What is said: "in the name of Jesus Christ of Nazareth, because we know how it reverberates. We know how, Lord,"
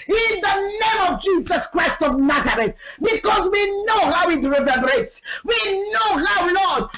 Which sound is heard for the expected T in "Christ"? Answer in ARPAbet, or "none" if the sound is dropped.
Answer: T